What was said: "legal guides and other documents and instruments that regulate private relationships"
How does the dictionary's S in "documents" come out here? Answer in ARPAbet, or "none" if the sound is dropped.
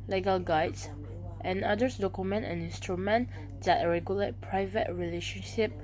none